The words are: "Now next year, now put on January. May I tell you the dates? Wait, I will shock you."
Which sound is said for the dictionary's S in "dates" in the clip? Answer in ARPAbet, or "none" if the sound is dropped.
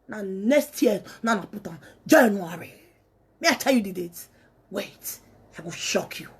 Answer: none